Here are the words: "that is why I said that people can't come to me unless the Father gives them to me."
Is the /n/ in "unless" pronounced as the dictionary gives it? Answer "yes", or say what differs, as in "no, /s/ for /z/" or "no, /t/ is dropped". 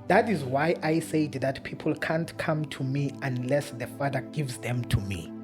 yes